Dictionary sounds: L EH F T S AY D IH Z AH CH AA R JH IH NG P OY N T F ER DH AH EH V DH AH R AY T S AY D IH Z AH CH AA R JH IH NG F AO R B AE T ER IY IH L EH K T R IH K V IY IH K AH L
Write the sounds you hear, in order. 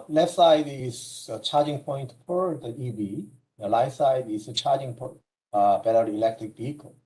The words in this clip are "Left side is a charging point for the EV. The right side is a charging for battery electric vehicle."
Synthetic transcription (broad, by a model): L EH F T S AY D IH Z AH CH AA R JH IH NG P OY N T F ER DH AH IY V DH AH L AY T S AY D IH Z AH CH AA R JH IH NG P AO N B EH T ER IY IH L EH K T R IH K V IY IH K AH L